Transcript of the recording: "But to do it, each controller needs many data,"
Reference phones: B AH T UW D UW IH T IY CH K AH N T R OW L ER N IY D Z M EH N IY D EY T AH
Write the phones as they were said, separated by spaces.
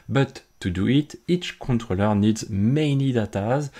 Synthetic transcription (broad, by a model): B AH T UW D UW IH T IY CH K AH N T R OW L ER N IY D Z M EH N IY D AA T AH